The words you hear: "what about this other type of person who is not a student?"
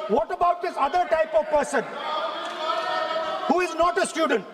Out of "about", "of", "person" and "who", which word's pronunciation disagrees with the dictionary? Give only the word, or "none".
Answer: none